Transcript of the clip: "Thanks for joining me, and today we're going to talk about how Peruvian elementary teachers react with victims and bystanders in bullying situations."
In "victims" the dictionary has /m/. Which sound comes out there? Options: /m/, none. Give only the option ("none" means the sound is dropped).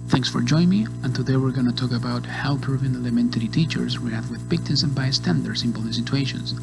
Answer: none